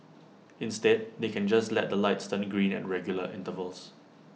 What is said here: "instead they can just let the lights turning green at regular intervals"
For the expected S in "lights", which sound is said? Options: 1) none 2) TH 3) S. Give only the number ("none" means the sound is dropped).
3